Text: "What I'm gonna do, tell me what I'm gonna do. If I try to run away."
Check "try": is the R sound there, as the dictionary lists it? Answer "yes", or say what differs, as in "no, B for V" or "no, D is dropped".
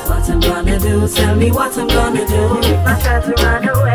no, R is dropped